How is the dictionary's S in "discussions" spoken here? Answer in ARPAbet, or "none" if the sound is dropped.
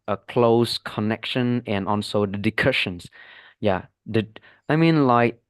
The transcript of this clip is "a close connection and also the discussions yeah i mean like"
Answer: none